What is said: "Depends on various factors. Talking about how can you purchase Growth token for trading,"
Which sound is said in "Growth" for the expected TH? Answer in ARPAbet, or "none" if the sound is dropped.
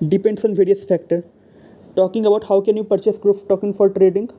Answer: F